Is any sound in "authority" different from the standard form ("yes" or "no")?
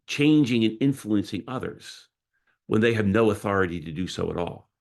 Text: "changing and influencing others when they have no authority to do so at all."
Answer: no